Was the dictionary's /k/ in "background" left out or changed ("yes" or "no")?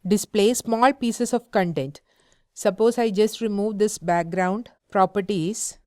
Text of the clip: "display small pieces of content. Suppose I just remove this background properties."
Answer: no